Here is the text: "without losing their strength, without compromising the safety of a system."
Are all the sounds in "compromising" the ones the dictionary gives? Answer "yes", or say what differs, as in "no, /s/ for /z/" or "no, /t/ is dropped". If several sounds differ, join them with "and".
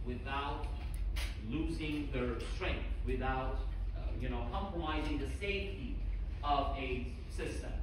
yes